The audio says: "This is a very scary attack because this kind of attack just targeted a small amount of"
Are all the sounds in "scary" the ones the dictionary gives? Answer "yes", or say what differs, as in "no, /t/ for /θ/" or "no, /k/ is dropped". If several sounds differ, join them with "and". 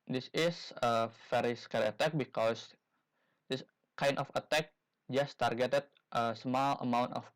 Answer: no, /l/ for /ɹ/